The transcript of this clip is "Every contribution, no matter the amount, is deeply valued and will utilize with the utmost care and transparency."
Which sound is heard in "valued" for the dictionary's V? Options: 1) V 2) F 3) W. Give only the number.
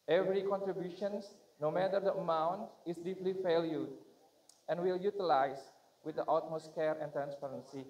2